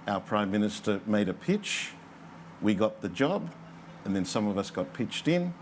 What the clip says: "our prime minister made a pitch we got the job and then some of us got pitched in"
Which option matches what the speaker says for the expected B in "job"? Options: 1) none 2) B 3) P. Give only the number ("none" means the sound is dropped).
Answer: 2